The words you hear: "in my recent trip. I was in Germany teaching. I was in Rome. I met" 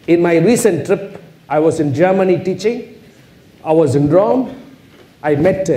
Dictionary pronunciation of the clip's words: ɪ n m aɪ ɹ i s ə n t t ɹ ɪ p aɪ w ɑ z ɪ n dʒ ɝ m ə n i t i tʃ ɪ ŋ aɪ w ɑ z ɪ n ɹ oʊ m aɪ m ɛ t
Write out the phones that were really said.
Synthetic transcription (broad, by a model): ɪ n m aɪ ɹ i s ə n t t ɹ ɪ p aɪ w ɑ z ɪ n dʒ ɝ m ə n i t i tʃ ɪ ŋ aɪ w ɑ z ɪ n ɹ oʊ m aɪ m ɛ t